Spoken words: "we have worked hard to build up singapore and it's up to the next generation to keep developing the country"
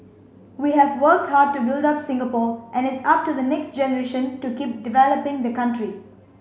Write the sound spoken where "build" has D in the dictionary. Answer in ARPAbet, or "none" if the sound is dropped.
D